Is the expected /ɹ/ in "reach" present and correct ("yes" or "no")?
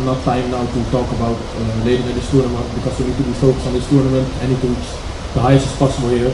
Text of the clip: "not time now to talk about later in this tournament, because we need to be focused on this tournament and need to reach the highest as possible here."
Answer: no